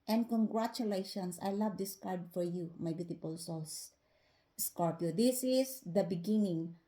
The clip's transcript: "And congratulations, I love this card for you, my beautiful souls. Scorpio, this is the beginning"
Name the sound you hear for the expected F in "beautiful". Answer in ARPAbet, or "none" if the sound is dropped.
P